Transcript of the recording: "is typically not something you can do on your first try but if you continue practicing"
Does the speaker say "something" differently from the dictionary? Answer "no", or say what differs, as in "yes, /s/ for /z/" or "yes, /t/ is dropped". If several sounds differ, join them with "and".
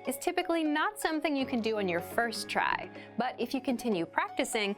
no